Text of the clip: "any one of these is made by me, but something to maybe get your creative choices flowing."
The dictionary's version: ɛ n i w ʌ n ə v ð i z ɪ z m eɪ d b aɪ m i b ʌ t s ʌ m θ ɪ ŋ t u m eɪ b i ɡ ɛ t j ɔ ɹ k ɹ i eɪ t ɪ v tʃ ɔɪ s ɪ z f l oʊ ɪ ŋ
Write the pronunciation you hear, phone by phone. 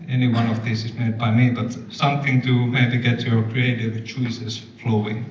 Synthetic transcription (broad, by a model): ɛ n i w ʌ n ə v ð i s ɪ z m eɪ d b aɪ m i b ʌ t s ʌ m θ ɪ ŋ t u m eɪ b i ɡ ɛ t j ɔ ɹ k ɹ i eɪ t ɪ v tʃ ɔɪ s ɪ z f l oʊ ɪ ŋ